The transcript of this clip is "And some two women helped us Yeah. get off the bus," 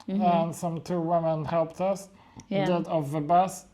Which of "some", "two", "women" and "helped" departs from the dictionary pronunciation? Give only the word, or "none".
none